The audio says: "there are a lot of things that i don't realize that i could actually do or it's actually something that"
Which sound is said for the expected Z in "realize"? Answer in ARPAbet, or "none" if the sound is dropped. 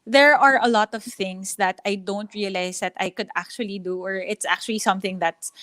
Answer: S